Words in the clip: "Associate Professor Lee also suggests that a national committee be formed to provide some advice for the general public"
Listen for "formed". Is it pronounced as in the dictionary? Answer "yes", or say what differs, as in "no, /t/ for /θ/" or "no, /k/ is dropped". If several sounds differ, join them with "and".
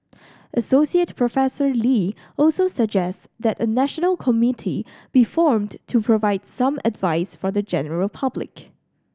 yes